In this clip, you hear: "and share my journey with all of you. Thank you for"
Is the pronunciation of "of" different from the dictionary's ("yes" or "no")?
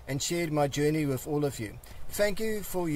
no